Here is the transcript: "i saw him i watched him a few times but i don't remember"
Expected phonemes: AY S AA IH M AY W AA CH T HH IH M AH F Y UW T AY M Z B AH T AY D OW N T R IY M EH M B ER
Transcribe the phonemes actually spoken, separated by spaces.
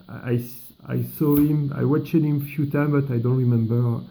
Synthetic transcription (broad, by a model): AY S AA IH M AY W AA CH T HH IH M F Y UW T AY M B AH T AY D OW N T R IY M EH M B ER